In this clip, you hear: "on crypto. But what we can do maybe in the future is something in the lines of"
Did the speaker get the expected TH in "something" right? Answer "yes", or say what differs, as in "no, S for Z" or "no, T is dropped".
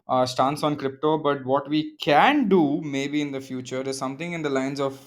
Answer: no, T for TH